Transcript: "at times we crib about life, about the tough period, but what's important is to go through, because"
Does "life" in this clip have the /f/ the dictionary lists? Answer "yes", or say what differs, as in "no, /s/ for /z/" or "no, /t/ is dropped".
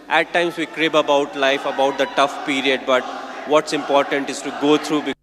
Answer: yes